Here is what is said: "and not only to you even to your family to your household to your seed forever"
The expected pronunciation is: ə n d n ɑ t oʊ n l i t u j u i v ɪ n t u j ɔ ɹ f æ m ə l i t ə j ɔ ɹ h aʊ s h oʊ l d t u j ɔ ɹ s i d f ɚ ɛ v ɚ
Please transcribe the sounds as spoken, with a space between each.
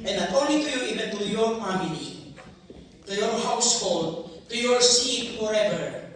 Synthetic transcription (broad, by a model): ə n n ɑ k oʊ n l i t u j u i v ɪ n t u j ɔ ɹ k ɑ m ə n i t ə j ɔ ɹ h aʊ s h oʊ l d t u j ɔ ɹ s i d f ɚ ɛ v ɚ